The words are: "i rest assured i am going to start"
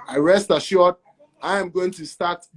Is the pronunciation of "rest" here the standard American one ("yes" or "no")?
yes